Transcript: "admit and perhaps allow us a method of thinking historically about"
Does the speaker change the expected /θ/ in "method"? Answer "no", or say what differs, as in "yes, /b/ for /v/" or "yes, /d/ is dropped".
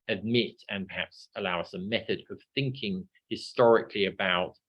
no